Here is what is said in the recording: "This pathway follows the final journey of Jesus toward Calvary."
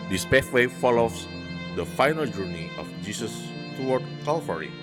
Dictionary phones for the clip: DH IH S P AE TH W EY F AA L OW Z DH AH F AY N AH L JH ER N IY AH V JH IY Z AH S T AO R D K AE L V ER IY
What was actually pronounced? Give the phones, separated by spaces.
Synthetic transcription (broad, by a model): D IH S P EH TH W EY F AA L OW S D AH F AY N AH L JH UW N IY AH F JH IY S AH S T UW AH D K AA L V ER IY